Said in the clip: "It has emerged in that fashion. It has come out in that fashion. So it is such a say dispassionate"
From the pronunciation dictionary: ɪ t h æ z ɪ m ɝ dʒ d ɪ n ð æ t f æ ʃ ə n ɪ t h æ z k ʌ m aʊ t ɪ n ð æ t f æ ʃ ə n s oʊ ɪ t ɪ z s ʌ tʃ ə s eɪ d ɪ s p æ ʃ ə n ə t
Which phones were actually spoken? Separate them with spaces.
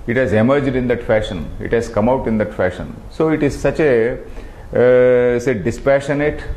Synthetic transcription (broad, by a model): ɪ t h æ z ɪ m ɝ dʒ d ɪ n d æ t f æ ʃ ə n ɪ t h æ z k ʌ m aʊ t ɪ n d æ t f æ ʃ ə n s oʊ ɪ t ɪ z s ʌ tʃ ə s eɪ d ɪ s p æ ʃ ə n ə t